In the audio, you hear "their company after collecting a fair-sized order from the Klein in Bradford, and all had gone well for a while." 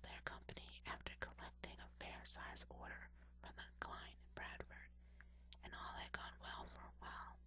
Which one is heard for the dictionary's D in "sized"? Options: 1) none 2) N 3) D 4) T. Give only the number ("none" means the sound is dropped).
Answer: 1